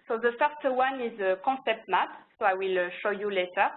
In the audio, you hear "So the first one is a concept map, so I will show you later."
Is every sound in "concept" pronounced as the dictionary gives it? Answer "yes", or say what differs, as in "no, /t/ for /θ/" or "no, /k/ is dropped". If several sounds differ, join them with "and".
no, /n/ is dropped